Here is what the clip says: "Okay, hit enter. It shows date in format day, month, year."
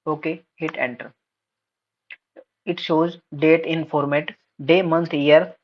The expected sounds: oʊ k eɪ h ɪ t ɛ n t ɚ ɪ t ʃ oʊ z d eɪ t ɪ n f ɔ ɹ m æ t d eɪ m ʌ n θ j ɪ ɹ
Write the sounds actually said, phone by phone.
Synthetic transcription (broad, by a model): oʊ k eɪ h ɪ t ɛ n t ɚ ɪ t ʃ oʊ z d eɪ t ɪ n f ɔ ɹ m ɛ t d eɪ m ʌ n t j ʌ ɹ